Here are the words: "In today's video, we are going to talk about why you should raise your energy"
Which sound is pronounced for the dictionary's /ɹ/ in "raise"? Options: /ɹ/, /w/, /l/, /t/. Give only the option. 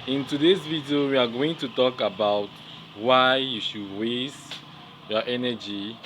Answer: /w/